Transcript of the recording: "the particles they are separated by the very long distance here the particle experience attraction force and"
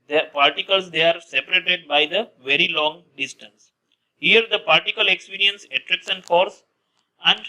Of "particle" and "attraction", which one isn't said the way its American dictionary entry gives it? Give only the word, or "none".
attraction